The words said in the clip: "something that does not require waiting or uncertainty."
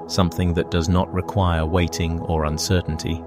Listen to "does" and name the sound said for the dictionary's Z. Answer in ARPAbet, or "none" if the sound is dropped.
Z